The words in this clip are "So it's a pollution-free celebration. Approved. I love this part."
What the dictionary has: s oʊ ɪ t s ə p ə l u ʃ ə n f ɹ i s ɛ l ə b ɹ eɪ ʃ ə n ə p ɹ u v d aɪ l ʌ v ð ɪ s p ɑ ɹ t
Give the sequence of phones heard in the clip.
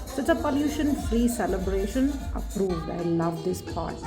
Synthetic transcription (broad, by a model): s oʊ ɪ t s ə p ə l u ʃ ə n f ɹ i s ɛ l ə b ɹ eɪ ʃ ə n ə p ɹ u v d aɪ l ʌ v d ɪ s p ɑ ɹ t